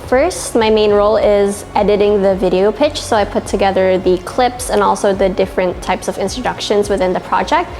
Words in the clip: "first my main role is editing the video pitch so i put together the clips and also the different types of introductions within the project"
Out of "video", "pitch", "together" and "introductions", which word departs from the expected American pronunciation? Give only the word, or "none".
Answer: none